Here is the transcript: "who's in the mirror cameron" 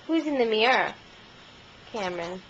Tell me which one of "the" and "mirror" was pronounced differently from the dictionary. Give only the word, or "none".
mirror